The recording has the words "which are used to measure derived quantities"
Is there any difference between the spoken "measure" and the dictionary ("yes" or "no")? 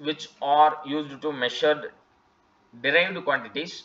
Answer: yes